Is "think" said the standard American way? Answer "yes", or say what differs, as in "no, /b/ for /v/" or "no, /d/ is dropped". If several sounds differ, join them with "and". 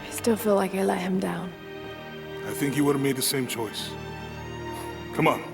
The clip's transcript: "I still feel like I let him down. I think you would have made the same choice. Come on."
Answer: yes